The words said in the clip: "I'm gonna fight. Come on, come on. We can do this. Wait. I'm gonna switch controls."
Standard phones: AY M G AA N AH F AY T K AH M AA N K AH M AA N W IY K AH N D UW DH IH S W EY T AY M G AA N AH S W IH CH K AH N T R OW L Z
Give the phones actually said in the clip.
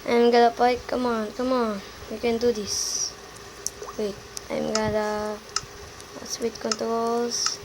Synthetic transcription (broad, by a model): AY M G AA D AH P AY K AH M AA N K AH M AA N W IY K AH N D UW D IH S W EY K AY M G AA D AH S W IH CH K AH N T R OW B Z